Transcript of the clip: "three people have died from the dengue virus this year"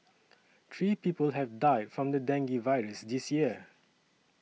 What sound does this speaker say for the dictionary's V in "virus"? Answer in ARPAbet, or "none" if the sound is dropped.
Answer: V